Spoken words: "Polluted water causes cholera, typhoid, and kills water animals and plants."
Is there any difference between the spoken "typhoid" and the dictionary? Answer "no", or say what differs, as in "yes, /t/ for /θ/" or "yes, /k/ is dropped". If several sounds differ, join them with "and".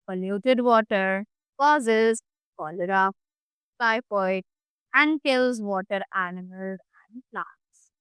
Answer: yes, /p/ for /f/